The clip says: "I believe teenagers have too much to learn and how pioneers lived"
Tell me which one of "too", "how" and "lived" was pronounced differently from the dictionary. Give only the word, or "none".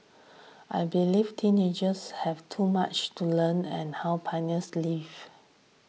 lived